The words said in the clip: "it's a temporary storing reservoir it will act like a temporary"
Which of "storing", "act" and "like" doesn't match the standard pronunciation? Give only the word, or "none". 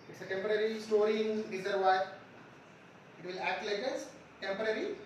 none